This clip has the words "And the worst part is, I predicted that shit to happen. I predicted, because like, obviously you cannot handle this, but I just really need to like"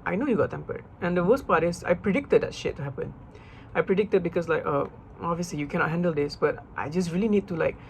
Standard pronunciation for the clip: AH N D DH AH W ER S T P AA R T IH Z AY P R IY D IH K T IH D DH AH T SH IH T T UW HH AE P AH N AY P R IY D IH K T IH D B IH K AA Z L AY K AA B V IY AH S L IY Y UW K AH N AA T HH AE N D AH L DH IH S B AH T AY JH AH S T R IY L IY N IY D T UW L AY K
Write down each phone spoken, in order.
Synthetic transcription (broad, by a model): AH N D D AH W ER S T P AA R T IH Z AY P R IY D IH K T IH D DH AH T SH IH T T UW HH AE P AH N AY P R IY D IH K T IH D B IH K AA S L AY K AA B V IY AH S L IY Y UW K AH N AA T HH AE N D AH L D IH S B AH T AY JH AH S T R IY L IY N IY D T UW L AY K